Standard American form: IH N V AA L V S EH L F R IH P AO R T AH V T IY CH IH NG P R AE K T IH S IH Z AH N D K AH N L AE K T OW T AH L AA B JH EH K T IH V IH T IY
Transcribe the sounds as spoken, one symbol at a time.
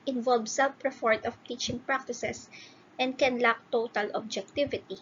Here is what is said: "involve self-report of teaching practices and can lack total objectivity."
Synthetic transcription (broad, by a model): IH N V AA L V S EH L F R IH F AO R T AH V T IY CH IH NG P R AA K T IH S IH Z AH N D K AH N L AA K T OW T AH L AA B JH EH K T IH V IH T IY